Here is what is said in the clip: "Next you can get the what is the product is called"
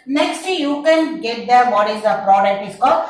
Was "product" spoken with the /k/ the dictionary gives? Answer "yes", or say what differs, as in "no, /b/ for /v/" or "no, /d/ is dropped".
no, /k/ is dropped